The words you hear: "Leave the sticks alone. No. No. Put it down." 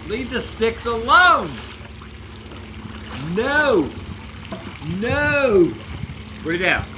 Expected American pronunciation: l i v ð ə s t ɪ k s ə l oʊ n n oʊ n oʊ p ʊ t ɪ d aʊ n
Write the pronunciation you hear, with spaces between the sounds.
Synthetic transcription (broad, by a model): l i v ð ə s t ɪ k s ə l oʊ n n oʊ n oʊ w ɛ ɪ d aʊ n